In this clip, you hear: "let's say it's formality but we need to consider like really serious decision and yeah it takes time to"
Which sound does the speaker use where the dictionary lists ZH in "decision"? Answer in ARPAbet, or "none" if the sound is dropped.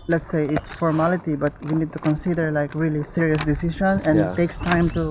SH